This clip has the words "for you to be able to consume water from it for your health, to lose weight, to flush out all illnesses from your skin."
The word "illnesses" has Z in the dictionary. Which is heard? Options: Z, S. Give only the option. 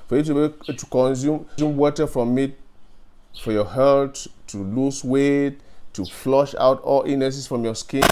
S